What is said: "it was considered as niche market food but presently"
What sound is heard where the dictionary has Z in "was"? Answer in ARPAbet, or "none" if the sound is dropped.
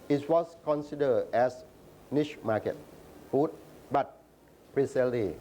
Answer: S